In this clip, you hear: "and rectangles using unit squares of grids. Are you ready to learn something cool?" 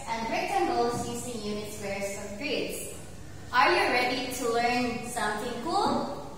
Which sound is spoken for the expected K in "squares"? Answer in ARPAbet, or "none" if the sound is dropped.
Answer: none